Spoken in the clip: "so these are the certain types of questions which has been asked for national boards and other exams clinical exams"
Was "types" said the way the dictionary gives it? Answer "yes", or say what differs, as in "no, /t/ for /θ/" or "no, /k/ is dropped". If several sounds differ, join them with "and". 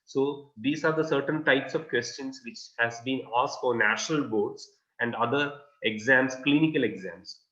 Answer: yes